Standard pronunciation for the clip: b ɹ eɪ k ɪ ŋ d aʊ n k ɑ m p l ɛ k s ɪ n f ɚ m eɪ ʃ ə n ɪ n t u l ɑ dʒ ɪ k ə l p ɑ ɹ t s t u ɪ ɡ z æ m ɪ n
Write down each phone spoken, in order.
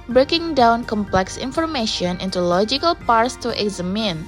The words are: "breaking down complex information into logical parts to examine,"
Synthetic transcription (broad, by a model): b ɹ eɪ k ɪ ŋ d aʊ n k ɑ m p l ɛ k s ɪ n f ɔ m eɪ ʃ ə n ɪ n t u l ɑ dʒ ɪ k ə l p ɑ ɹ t s t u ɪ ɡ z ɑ m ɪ n